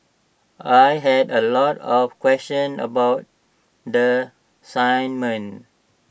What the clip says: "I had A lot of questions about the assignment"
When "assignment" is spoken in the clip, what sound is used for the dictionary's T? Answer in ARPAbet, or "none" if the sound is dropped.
none